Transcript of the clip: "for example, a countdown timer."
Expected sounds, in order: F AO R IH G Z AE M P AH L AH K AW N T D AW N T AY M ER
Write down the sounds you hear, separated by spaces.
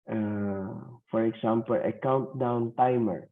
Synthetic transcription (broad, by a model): F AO R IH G S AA M P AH L AH K AW N T D AW N T AY M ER